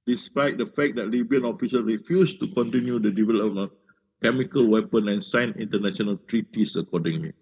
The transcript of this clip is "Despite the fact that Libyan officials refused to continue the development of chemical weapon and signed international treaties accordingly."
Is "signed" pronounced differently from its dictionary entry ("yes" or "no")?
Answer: yes